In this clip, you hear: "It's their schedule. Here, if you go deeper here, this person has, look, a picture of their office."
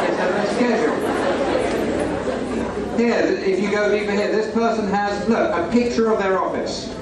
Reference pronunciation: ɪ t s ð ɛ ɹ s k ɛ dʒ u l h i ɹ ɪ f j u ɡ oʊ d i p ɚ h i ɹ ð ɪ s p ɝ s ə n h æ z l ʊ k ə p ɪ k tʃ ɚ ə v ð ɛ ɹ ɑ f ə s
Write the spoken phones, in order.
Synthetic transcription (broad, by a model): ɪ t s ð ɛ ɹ s k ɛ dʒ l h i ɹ ɪ f j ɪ ɡ oʊ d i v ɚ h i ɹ ð ɪ s p ɝ s ə n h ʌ z n ʊ ə p ɪ k tʃ ɚ ə v ð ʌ ɹ ɑ f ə s